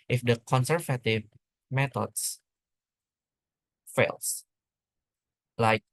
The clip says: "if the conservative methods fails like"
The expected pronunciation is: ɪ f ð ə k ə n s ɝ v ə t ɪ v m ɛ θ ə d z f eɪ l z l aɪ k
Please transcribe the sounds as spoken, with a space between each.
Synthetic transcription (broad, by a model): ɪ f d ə k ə n s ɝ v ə t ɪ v m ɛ t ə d s f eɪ l s l aɪ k